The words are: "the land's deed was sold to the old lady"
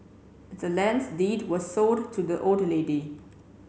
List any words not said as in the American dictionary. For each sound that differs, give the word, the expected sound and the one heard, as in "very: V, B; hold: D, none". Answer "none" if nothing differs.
sold: L, none